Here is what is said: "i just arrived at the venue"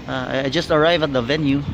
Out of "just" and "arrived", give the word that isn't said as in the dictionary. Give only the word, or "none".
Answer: arrived